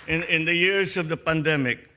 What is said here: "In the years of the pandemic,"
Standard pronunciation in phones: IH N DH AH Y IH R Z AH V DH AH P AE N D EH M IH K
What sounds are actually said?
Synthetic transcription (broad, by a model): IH N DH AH Y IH R S AH V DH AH P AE N D EH M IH K